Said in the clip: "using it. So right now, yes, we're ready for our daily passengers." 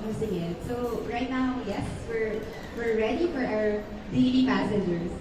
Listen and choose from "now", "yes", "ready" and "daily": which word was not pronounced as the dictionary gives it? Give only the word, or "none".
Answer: daily